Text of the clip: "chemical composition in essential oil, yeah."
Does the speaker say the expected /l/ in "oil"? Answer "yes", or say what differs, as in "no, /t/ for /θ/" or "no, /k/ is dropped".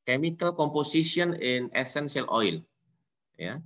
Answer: yes